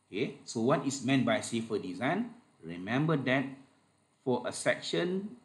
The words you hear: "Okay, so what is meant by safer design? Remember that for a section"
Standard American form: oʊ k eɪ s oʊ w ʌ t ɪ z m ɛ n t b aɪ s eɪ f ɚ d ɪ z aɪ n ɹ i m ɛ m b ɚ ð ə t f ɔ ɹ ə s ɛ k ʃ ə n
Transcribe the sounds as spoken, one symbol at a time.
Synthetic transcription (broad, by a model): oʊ k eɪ s oʊ w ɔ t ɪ s m ɛ n t b aɪ s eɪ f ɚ d ɪ z aɪ n ɹ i m ɛ m b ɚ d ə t f ɔ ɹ ə s ɛ k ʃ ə n